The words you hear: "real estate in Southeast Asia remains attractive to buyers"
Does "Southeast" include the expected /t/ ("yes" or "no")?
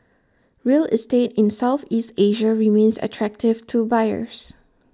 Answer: yes